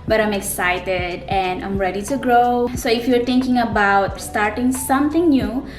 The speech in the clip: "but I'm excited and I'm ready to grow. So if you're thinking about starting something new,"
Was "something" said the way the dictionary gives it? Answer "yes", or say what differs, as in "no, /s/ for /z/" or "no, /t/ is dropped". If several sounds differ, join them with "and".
no, /t/ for /θ/